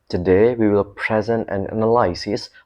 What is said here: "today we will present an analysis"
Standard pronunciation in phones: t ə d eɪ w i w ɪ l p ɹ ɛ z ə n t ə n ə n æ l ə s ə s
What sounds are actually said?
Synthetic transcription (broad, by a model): t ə d eɪ w i w ɪ l p ɹ ɛ z ə n t ə n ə n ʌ l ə s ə s